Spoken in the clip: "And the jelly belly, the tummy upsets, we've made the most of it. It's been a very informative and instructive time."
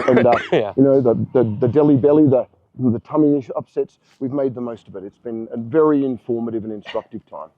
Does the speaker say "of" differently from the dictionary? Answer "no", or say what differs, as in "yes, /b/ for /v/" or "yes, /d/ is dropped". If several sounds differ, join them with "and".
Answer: no